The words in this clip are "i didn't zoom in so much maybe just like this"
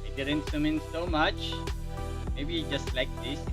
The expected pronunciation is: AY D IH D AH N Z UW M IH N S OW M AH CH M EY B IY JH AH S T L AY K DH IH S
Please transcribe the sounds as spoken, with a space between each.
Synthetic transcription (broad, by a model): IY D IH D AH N S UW M IH N S OW M AH CH M EY B IY JH AH S T L AY K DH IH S